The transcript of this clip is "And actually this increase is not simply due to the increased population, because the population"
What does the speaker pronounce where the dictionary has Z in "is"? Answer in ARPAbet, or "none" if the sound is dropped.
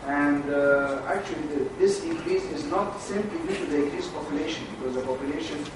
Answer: Z